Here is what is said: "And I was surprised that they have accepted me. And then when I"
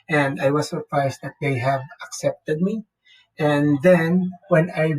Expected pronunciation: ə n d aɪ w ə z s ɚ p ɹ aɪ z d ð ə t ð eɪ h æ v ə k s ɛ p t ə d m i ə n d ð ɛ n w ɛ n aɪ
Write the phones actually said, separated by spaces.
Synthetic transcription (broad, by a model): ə n d aɪ w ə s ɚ p ɹ aɪ s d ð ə t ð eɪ h æ v ə k s ɛ p t ə d m i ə n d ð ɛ n w ɛ n aɪ